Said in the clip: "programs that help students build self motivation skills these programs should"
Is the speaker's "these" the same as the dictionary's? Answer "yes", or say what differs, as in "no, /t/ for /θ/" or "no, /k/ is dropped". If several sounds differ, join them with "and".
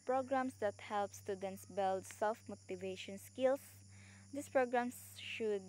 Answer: no, /s/ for /z/